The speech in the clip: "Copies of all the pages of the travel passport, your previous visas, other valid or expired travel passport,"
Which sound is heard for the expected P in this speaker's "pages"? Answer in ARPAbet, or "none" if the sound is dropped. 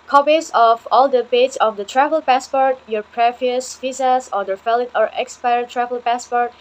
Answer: B